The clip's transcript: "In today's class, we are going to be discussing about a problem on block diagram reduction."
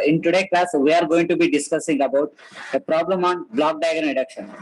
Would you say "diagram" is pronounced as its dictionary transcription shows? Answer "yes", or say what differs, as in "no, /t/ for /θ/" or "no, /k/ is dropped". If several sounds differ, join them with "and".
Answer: no, /ɹ/ is dropped